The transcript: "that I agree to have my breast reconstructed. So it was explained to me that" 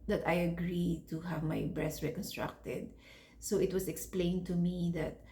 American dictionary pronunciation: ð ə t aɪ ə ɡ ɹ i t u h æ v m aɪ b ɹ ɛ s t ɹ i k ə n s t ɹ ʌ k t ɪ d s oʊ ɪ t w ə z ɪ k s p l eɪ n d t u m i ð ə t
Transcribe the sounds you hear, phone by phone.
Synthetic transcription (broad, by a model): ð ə t aɪ ə ɡ ɹ i t u h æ v m aɪ b ɹ ɛ s t ɹ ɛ k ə n s t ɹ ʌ k t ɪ d s oʊ ɪ t w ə s ɪ k s p l eɪ n d t u m i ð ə t